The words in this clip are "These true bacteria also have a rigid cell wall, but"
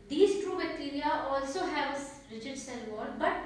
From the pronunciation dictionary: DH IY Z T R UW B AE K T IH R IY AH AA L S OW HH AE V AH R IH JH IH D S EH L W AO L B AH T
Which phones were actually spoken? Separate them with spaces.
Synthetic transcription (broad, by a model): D IY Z T R UW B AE K T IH R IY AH AA L S OW HH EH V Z R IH CH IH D S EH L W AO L B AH T